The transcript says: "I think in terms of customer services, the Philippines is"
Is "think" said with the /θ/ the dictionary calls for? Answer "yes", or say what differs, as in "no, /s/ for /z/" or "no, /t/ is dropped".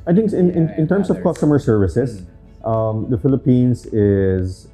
no, /t/ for /θ/